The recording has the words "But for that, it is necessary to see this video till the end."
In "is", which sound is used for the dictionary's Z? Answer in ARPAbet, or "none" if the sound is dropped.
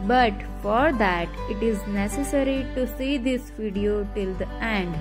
Z